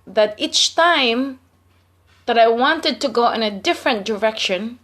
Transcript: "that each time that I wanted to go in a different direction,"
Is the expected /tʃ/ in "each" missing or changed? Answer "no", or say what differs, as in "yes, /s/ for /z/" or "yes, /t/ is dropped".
no